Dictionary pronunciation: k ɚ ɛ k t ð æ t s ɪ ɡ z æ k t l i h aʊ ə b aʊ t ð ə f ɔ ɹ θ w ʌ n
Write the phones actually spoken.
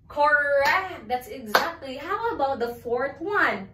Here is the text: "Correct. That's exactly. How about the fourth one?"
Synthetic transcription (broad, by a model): k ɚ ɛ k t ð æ t s ɪ ɡ z æ k t l i h aʊ ə b aʊ t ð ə f ɔ ɹ θ w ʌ n